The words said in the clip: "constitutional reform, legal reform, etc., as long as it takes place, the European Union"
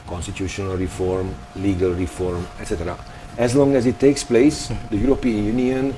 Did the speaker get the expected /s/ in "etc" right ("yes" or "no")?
yes